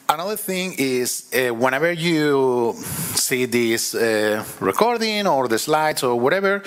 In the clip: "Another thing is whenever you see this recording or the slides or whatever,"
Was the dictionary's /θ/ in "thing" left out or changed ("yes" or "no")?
no